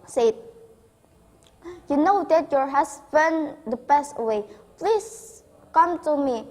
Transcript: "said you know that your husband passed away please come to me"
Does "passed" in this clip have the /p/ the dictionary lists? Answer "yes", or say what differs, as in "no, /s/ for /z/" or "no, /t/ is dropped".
no, /b/ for /p/